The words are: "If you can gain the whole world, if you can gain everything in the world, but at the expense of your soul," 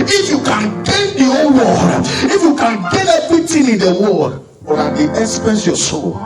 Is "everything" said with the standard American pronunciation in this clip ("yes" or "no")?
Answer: no